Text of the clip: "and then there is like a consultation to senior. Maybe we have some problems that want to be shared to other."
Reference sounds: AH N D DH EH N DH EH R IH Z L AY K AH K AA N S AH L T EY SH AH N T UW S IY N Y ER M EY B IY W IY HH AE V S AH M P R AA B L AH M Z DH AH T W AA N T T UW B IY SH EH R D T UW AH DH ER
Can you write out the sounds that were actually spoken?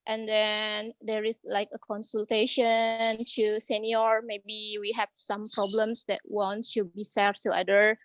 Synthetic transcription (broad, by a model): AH N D EH N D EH R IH S L AY K AH K AA N S AH L T EY SH AH N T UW S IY N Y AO M EY B IY W IY HH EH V S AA M P R AA B L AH M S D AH T W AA N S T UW B IY S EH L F T UW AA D ER